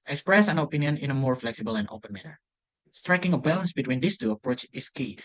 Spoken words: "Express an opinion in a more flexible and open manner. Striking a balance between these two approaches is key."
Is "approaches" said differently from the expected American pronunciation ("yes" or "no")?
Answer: yes